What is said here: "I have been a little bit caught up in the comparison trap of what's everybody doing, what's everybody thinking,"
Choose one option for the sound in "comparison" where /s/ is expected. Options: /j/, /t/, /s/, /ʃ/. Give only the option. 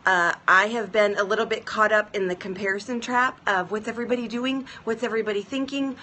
/s/